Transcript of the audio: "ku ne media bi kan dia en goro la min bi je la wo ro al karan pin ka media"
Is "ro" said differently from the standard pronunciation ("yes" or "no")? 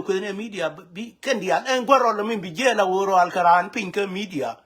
no